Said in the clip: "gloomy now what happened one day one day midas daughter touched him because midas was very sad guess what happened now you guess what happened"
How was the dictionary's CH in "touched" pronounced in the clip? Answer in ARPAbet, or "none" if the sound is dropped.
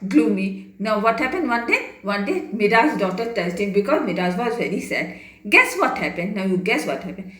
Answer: S